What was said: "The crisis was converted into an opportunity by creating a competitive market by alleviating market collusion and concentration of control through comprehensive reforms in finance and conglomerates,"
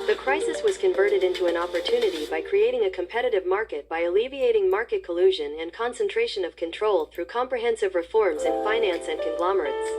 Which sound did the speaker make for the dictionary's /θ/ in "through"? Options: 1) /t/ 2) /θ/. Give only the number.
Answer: 2